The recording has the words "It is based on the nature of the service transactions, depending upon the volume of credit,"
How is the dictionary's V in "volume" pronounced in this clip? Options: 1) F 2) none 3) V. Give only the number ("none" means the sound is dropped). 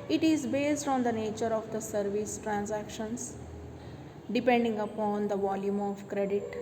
3